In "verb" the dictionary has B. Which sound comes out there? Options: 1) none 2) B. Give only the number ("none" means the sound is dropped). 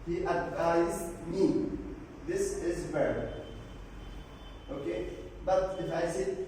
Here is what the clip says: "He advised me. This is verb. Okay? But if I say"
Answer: 1